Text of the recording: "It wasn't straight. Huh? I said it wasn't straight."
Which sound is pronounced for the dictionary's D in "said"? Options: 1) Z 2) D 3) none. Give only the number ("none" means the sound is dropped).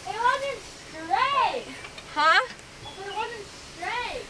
3